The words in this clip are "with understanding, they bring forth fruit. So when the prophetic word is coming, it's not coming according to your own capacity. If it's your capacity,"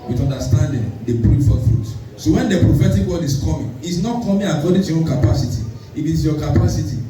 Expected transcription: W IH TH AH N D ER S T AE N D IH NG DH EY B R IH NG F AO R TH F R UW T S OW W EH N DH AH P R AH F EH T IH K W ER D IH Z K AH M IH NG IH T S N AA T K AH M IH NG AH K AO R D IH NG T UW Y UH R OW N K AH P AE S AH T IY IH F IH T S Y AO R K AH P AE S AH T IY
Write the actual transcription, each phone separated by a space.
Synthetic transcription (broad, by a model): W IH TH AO N D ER S T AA N D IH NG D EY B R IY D F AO F R UW T S OW W EH N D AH P R AH F EH T IH K W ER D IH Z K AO M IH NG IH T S N AA T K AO M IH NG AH K AO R D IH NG T UW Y OW N K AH P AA S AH T IY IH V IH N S Y AO K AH P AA S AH T IY